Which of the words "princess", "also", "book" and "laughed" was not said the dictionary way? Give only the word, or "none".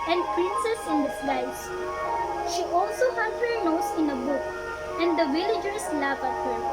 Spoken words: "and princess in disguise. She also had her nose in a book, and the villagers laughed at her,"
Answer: laughed